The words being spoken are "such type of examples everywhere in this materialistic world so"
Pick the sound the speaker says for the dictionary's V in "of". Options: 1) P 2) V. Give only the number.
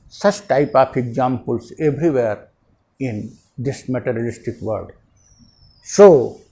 1